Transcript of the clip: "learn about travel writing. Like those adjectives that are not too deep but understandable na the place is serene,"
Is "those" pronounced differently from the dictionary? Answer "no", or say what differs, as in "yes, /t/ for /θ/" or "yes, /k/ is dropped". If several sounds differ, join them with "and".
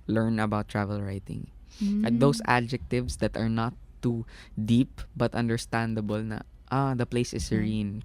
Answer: yes, /s/ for /z/